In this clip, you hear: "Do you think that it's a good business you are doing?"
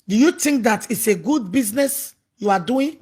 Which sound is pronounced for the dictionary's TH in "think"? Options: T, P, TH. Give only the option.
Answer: T